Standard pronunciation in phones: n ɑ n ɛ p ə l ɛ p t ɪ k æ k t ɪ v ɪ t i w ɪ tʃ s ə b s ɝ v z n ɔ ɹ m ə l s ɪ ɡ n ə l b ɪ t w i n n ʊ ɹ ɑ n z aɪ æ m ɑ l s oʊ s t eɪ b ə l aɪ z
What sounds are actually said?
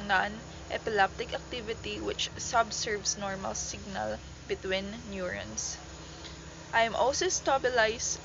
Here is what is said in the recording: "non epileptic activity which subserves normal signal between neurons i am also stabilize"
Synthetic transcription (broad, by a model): n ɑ n ɛ p ə l ɛ p t ɪ k æ k t ɪ v ɪ t i w ɪ tʃ s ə b s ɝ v s n ɔ ɹ m ə l s ɪ ɡ n ə l b ɪ t w i n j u ɹ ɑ n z aɪ m ɑ l s oʊ s t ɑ b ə l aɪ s